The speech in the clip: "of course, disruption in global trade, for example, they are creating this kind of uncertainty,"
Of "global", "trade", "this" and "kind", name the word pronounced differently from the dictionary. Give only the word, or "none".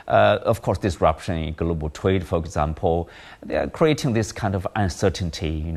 trade